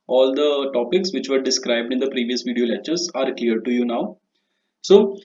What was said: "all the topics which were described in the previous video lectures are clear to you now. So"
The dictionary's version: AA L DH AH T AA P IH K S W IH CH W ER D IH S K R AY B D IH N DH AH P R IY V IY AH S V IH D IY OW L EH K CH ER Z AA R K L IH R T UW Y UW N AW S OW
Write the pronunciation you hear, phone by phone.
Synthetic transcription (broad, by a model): AA L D AH T AA P IH K S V IH CH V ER D IH S K R AY B D IH N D AH P R IY V IY AH S V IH D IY OW L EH CH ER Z AA R K L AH R T UW Y UW N AW S OW